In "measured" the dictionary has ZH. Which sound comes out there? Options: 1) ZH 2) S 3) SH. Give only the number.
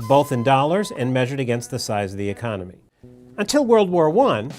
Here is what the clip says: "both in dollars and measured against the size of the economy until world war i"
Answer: 1